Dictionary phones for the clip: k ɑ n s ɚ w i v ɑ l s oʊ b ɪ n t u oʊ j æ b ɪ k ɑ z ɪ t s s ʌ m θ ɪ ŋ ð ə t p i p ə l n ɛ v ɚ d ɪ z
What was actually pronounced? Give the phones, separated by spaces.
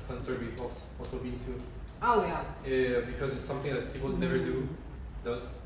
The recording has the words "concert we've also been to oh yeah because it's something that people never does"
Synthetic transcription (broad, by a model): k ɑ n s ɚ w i p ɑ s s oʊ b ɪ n t u oʊ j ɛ b ɪ k ɑ z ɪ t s s ʌ m θ ɪ ŋ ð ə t p i p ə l n ɛ v ɚ d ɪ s